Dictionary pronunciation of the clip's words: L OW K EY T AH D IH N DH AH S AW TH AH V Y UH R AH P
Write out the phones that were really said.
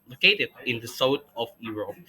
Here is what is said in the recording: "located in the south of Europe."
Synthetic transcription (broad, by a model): L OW K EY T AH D IH N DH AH S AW T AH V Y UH R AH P